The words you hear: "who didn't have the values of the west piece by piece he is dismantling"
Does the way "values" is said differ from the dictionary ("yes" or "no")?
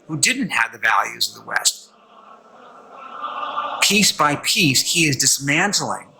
no